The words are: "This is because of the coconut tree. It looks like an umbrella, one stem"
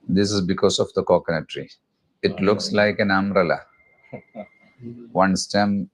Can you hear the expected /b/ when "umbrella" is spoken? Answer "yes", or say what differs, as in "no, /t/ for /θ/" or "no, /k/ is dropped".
no, /b/ is dropped